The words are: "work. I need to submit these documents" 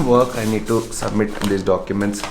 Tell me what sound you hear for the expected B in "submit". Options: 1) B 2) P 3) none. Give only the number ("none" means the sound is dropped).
1